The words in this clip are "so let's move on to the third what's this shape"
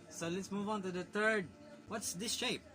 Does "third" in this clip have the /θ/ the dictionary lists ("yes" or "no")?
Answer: no